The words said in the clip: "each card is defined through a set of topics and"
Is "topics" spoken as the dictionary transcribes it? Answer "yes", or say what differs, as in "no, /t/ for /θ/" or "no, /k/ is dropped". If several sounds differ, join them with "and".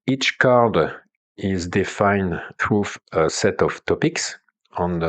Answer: yes